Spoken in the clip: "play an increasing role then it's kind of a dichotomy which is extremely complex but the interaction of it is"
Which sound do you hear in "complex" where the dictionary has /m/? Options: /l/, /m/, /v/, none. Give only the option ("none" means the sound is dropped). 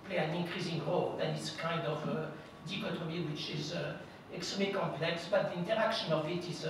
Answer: /m/